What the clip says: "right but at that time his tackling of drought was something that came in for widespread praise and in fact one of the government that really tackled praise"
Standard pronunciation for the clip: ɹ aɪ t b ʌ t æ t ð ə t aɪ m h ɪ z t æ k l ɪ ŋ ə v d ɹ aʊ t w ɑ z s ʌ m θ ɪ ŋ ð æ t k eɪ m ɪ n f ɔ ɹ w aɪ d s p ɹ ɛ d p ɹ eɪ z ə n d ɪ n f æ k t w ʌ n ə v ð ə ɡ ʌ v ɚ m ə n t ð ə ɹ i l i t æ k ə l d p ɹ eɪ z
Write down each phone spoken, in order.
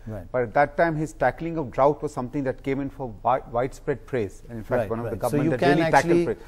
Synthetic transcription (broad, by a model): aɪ b ʌ t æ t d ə t aɪ m h ɪ z t æ k l ɪ ŋ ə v d ɹ aʊ t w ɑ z s ʌ m t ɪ ŋ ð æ t k eɪ m ɪ n f ɔ ɹ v aɪ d s p ɹ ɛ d p ɹ eɪ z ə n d ɪ n f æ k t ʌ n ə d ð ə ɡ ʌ ɚ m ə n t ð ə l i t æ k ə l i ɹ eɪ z